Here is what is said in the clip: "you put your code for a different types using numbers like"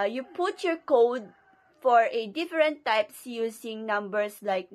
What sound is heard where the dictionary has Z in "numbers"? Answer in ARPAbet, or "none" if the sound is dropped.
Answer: S